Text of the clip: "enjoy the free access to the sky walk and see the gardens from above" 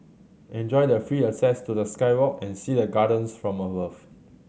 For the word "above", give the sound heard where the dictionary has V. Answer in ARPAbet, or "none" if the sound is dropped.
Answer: F